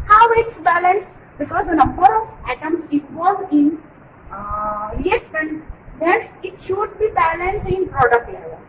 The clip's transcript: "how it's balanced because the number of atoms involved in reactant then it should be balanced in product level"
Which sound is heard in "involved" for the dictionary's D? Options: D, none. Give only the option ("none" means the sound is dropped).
none